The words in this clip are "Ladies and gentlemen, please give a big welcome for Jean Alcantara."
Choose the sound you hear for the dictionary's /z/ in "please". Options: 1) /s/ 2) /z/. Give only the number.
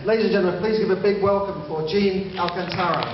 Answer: 2